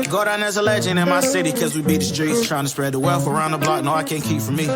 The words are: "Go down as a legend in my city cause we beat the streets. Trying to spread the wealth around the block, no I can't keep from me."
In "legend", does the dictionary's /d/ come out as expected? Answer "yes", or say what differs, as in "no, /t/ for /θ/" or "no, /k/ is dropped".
no, /d/ is dropped